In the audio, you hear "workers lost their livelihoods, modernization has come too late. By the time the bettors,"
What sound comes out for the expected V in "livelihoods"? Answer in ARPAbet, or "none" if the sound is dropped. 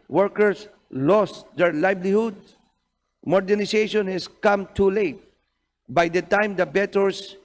B